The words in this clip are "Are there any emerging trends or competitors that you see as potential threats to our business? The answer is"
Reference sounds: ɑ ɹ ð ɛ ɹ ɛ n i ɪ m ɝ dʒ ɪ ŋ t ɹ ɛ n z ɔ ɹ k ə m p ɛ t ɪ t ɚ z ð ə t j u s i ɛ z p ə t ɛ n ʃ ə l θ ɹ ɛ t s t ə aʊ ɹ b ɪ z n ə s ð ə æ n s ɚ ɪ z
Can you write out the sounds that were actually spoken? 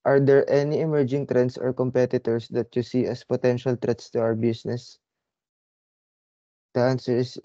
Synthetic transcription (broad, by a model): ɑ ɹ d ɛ ɹ ɛ n i ɪ m ɝ dʒ ɪ ŋ t ɹ ɛ n s ɔ ɹ k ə m p ɛ t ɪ t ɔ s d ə t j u s i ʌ s p ə t ɛ n ʃ ə l t ɹ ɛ t s t ə aʊ ɹ b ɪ s n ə s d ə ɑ n s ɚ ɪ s